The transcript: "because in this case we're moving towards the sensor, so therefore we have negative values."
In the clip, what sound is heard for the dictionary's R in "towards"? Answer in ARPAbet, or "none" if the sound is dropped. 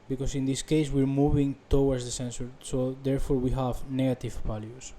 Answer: W